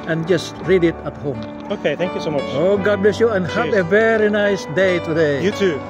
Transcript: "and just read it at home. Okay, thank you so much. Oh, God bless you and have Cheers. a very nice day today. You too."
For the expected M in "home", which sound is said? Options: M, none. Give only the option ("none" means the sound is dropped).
M